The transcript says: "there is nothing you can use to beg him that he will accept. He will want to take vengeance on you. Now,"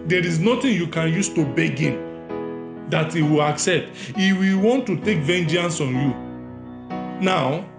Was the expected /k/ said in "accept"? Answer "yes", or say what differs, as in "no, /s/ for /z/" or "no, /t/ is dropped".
yes